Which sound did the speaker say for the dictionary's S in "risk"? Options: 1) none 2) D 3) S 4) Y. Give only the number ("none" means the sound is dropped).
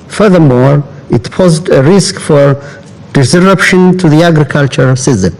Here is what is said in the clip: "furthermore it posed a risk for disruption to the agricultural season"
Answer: 3